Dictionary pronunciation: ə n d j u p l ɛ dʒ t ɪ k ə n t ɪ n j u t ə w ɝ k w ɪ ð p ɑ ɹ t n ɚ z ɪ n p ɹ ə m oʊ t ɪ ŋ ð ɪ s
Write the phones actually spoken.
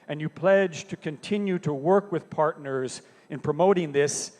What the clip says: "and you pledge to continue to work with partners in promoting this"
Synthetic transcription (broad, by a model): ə n j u p l ɛ dʒ t ɪ k ə n t ɪ n j u t ə w ɝ k w ɪ ð p ɑ ɹ t n ɚ z ɪ n p ɹ ə m oʊ t ɪ ŋ ð ɪ s